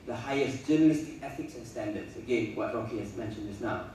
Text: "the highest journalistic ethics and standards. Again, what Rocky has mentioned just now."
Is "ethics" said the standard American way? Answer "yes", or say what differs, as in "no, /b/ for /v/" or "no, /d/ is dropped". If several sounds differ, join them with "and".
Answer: yes